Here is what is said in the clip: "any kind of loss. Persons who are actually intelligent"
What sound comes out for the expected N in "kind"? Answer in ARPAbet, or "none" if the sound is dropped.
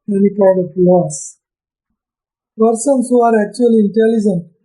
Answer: none